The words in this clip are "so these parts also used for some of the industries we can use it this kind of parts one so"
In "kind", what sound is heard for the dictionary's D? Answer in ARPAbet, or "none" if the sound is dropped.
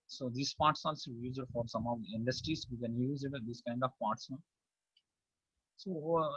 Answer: D